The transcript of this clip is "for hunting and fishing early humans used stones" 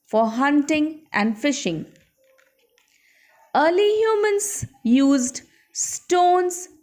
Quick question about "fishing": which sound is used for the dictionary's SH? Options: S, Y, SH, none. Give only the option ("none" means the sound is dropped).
SH